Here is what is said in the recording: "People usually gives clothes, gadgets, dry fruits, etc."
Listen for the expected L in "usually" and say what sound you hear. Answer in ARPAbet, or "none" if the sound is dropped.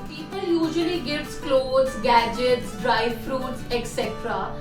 L